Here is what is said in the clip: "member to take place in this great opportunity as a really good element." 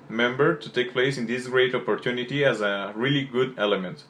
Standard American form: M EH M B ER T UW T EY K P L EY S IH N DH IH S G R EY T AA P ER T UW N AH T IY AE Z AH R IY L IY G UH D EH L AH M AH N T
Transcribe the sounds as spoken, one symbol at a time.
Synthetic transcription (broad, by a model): M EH M B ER T UW T EY K P L EY S IH N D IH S G R EY T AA P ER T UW N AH T IY AE Z AH R IY L IY G UH D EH L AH M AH N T